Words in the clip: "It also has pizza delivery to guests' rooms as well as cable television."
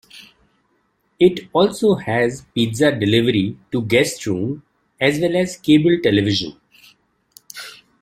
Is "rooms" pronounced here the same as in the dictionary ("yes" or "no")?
no